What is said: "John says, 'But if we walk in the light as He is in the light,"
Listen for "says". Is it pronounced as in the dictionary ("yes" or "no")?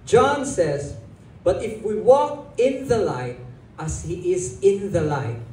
yes